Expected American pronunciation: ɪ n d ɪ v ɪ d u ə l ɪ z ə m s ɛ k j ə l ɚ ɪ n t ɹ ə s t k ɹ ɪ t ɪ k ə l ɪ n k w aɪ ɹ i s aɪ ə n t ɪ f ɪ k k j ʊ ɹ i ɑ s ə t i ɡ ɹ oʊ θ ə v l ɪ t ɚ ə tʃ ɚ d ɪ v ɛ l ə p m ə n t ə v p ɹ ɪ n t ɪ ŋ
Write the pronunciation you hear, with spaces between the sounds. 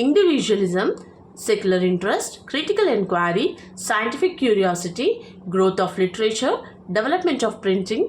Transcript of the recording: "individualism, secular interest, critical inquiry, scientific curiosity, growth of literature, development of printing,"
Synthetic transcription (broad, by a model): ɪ n d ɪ v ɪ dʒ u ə l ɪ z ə m s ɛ k j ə l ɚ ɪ n t ɹ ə s t k ɹ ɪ t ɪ k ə l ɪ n k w aɪ ɹ i s aɪ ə n t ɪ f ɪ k k j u ɹ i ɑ s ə t i ɡ ɹ oʊ t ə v l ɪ t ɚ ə tʃ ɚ d ɪ v ɛ l ə p m ə n t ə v p ɹ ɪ n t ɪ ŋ